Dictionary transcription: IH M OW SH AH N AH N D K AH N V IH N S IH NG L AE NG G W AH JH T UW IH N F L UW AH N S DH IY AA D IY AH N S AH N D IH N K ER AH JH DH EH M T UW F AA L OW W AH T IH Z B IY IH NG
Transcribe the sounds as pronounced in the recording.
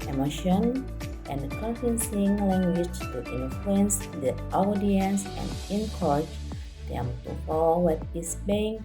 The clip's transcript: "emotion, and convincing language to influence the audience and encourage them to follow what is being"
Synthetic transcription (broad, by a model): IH M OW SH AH N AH N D K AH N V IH N S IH NG L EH NG G W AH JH T UW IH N F L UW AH N S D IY AA D IY AH N S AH N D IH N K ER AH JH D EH M T UW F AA W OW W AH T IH S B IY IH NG